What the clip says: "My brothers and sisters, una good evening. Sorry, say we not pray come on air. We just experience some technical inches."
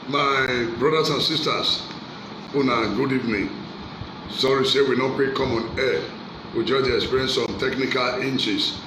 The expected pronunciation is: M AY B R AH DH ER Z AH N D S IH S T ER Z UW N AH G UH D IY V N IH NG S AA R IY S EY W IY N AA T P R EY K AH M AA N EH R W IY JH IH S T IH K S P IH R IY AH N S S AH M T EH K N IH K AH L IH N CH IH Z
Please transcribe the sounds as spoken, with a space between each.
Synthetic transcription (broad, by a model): M AY B R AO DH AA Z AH N S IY S T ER S UW N AH G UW D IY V N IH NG S AA R IY S EY W IY N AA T P EY K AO M AA N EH W IY JH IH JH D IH K S P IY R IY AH N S S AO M T EH K N IH K AH L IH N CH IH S